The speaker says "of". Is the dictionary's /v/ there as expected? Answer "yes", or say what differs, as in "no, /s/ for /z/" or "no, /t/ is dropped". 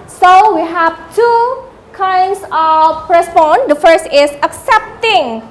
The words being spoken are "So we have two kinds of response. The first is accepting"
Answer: no, /p/ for /v/